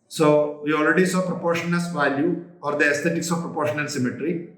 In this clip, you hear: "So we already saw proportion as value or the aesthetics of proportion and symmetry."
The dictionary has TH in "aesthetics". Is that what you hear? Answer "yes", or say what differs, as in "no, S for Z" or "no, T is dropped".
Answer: no, T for TH